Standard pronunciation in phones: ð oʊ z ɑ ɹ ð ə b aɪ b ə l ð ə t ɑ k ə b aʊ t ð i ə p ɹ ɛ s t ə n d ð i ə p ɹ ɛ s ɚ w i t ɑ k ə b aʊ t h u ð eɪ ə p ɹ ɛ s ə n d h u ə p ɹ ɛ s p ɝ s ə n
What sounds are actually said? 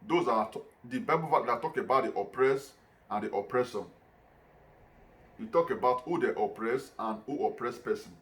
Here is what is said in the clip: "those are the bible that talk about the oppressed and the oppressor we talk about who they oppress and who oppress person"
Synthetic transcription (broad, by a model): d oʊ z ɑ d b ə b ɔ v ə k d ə t ɑ k ə b aʊ t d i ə p ɹ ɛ s ə n d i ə p ɹ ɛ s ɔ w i t ɑ k ə b aʊ t h u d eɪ ə p ɹ ɛ s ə n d h u ə p ɹ ɛ s p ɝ s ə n